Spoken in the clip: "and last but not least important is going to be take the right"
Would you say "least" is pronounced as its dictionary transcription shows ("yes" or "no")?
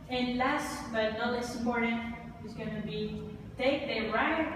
no